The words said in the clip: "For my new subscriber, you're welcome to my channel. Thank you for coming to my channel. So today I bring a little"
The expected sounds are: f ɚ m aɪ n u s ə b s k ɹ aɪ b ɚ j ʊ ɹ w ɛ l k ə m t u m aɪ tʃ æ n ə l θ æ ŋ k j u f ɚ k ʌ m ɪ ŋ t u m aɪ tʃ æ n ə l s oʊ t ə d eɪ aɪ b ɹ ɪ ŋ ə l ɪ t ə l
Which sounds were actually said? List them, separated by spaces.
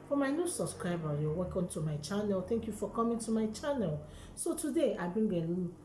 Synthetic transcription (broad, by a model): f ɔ m aɪ n u s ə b s k ɹ aɪ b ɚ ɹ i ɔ w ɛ k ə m t u m aɪ tʃ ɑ n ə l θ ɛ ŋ k j u f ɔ k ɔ m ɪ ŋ t u m aɪ tʃ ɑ n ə l s oʊ t ə d eɪ aɪ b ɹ ə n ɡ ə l